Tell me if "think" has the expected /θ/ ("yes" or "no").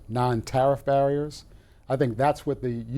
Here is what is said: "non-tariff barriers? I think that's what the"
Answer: yes